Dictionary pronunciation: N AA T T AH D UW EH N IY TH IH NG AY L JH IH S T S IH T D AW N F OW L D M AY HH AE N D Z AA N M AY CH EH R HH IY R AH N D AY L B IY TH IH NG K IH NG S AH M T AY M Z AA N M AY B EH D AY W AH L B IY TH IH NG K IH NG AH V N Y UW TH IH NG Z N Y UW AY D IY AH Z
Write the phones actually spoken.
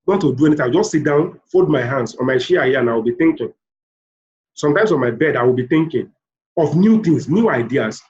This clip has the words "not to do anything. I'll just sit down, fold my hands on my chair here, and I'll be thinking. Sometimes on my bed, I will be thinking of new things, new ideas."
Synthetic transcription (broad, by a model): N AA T T AH D UW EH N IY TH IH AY W JH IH S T S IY T D AW N F OW L D M AY HH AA N D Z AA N M AY SH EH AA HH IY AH N AY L B IY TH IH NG K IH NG S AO M T AY M S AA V M AY B EH D AY W AH L B IY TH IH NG K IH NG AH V N Y UW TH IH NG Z N Y UW AY D IY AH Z